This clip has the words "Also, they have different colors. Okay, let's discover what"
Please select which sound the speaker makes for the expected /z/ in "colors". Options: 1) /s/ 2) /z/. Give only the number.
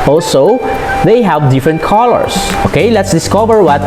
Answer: 1